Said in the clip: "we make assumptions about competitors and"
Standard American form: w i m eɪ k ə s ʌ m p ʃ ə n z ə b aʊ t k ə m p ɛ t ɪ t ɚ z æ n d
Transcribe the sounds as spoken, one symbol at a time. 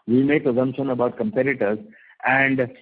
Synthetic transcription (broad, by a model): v i m eɪ k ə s ʌ m p ʃ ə n ə b aʊ t k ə m p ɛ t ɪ t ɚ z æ n d